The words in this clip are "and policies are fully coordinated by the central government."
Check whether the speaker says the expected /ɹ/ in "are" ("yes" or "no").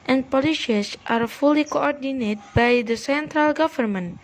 yes